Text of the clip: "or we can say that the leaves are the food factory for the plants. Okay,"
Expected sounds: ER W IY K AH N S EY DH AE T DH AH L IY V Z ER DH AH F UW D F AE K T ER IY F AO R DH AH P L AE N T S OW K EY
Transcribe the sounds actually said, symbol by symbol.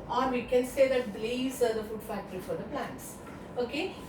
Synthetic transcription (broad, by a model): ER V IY K AH N S EY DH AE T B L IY Z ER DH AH F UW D F AE K T ER IY F AO R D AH P L AE N T S OW K EY